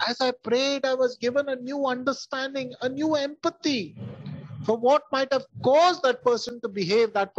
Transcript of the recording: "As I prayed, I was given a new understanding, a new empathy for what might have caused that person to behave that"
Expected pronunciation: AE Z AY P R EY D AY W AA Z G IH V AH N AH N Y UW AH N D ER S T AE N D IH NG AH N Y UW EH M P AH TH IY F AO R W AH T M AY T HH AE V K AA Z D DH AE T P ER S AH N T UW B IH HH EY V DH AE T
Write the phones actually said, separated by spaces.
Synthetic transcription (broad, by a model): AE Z AY P R EY D AY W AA Z G IH V AH N AH N Y UW AH N D ER S T AE N D IH NG AH N Y UW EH M P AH T IY F AO R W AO T M AY T HH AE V K AA Z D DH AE T P ER S AH N T UW B IH HH EY V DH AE T